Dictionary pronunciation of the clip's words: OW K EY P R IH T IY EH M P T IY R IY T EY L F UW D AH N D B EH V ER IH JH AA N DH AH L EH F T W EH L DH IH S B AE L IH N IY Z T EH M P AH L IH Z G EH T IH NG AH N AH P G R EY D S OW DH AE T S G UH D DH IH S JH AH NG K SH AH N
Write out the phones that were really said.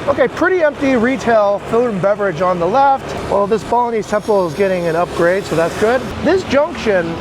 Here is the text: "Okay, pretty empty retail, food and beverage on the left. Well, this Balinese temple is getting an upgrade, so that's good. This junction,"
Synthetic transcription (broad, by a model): OW K EY P R IH T IY EH M P T IY R IY T EY L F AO AH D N B EH V ER IH JH N DH AH L EH F T W EH L DH IH S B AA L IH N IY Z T EH M P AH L IH Z G EH T IH NG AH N AH P G R EY D S OW DH AE T S G UH D DH IH S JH AH NG K SH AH N